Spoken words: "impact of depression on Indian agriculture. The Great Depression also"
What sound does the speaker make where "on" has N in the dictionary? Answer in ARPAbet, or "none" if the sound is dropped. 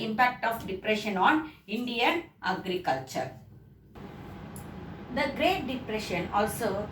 N